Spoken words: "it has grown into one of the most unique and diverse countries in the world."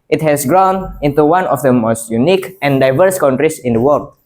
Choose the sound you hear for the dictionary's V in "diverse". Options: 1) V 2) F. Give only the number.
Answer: 1